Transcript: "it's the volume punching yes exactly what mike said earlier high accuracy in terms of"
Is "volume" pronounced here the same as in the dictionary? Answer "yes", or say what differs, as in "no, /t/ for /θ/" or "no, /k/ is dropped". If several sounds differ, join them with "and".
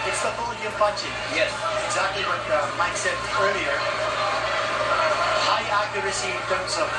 no, /b/ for /v/